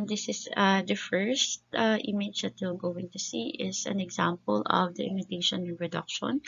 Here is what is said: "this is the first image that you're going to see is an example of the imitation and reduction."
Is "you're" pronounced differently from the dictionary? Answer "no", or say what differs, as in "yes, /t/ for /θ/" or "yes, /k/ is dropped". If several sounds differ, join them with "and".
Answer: yes, /l/ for /ɹ/